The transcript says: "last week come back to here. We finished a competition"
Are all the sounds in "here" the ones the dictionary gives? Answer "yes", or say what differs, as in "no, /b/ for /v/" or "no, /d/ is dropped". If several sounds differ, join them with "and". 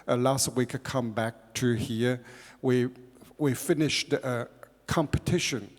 no, /w/ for /ɹ/